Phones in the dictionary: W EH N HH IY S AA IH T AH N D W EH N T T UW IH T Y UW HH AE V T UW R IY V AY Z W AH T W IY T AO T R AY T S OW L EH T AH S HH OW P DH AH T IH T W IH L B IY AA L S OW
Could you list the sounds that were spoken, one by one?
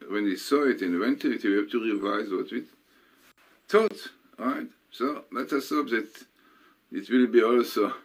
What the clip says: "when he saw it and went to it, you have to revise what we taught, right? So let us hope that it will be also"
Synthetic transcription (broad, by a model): W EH N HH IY S AA IH T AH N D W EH N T T UW IH T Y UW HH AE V T UW R IY V AY Z W AH T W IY T AO T R AY T S OW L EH T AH S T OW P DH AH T IH T W IH L B IY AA L S OW